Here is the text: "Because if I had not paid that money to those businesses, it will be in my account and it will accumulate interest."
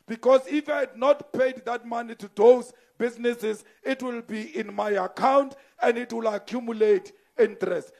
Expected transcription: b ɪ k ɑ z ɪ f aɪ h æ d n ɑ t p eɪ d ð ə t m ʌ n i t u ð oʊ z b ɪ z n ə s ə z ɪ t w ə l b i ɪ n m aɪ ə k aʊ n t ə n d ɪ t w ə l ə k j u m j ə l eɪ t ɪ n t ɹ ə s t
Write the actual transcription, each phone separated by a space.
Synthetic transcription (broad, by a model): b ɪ k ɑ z ɪ f aɪ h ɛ d n ɑ t p eɪ d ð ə t m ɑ n i t u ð oʊ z b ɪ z n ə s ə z ɪ t w ə l b i ɪ n m aɪ ə k aʊ n t ə n d ɪ t w ə l ə k j u m j ə l eɪ t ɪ n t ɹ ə s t